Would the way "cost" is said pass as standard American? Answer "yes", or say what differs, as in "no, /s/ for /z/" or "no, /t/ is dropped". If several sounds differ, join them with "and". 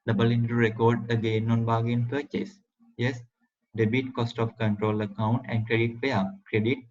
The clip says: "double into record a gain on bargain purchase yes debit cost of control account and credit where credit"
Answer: yes